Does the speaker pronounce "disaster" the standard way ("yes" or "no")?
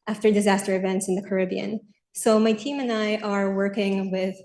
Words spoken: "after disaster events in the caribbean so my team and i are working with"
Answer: yes